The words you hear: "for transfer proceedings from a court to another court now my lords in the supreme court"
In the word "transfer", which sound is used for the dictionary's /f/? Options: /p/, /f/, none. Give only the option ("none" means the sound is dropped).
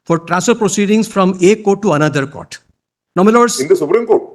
none